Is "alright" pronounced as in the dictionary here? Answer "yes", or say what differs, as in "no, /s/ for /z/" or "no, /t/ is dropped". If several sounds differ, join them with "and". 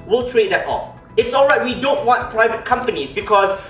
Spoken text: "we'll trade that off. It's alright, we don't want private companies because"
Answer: yes